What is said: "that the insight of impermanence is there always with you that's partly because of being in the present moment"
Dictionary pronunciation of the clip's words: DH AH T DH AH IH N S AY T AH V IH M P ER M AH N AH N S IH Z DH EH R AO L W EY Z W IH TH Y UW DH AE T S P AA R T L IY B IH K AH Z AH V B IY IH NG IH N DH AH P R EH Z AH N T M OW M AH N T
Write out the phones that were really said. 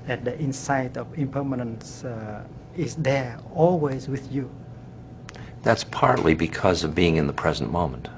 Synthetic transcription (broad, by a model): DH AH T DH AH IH N S AY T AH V IH M P ER M AH N AH N S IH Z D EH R AO L W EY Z W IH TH Y UW DH AE T S P AA R T L IY B IH K AH Z AH V B IY IH NG IH N DH AH P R EH Z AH N M OW M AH N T